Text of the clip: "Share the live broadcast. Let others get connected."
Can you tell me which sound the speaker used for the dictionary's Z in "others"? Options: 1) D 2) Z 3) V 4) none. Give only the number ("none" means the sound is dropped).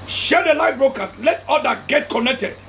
4